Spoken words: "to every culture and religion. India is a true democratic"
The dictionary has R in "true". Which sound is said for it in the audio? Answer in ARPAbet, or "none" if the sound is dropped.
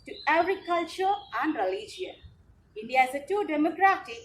none